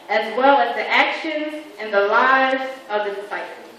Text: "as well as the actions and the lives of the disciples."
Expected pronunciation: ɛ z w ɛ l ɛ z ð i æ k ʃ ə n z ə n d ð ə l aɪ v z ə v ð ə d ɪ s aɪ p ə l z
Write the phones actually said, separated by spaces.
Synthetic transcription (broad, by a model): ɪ z w ɛ l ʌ z ð i æ k ʃ ə n z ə n ð ə l aɪ v z ə v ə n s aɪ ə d